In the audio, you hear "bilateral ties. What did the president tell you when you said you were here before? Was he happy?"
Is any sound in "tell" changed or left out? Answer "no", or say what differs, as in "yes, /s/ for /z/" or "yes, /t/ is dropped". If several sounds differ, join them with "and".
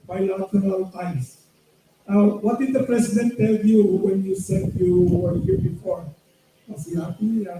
no